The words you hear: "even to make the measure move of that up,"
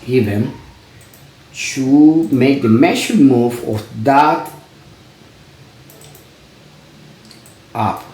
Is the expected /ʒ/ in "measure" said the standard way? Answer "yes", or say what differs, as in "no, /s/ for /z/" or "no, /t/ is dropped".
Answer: no, /ʃ/ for /ʒ/